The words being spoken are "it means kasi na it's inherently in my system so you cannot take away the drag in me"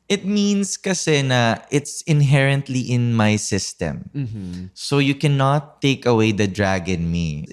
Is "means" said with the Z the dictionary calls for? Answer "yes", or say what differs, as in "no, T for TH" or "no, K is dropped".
no, S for Z